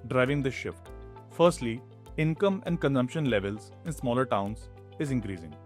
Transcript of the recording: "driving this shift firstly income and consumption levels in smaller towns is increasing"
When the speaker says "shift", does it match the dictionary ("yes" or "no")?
yes